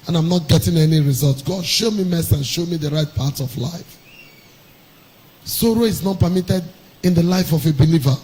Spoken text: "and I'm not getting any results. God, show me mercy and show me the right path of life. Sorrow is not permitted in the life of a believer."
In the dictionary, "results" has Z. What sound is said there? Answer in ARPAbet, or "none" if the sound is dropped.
Z